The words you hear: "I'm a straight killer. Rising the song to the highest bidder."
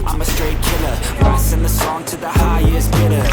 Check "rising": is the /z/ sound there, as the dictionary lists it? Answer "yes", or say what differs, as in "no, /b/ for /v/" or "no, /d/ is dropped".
no, /s/ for /z/